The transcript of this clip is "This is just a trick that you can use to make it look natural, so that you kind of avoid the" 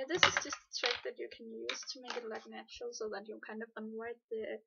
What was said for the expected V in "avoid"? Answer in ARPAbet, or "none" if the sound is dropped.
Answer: W